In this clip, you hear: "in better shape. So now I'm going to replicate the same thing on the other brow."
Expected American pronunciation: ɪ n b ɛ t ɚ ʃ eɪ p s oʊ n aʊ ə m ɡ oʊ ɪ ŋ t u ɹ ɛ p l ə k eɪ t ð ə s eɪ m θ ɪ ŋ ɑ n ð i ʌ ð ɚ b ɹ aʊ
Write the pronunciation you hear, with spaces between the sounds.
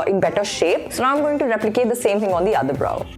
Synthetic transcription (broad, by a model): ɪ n b ɛ t ɚ ʃ eɪ p s oʊ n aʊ ə m ɡ oʊ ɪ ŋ t u ɹ ɛ p l ə k eɪ t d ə s eɪ m t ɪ ŋ ɑ n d i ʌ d ɚ b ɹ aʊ